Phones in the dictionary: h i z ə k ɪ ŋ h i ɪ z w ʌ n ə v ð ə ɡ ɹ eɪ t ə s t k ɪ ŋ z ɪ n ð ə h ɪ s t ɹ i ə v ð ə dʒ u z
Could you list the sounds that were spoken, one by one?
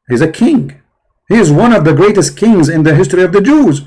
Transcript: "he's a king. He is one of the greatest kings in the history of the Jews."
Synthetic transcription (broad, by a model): h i z ə k ɪ ŋ h i ɪ z w ʌ n ə v ð ə ɡ ɹ eɪ t ə s t k ɪ ŋ z ɪ n ð ə h ɪ s t ɹ i ə v ð ə dʒ u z